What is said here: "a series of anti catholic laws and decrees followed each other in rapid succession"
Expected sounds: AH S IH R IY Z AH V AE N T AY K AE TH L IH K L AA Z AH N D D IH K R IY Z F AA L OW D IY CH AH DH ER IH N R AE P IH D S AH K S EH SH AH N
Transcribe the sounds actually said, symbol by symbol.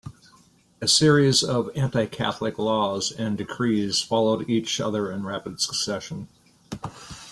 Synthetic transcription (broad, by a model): AH S IH R IY Z AH V AE N T AY K AE TH L IH K L AA Z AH N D D IH K R IY Z F AA L OW D IY CH AH DH ER IH N R AE P IH D S AH K S EH SH AH N